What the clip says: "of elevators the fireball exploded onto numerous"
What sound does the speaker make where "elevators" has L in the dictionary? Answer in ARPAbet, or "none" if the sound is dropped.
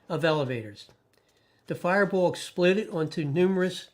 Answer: L